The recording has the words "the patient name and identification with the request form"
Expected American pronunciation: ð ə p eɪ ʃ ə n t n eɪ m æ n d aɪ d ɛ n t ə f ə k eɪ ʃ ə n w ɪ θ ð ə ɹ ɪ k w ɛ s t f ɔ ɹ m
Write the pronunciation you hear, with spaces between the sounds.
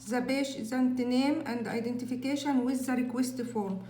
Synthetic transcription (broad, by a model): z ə b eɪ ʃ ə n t n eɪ m æ n d aɪ d ɛ n t ə f ə k eɪ ʃ ə n w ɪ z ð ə ɹ ɪ k w ɛ s t f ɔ ɹ m